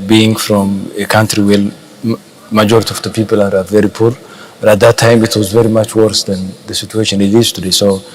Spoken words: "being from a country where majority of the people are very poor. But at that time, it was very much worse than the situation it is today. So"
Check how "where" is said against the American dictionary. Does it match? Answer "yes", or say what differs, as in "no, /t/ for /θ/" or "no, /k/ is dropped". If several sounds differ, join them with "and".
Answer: no, /l/ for /ɹ/